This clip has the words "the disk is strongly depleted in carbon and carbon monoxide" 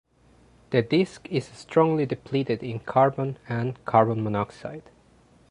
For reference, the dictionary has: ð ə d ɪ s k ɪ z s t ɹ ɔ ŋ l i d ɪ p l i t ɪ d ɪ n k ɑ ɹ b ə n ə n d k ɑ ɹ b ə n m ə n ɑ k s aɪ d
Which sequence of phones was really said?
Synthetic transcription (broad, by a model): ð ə d ɪ s k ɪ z s t ɹ ɔ ŋ l i d ɪ p l i t ɪ d ɪ n k ɑ ɹ b ə n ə n k ɑ ɹ b ə n m ə n ɑ k s aɪ d